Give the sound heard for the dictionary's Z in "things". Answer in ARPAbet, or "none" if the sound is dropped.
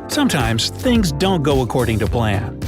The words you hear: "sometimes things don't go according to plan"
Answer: Z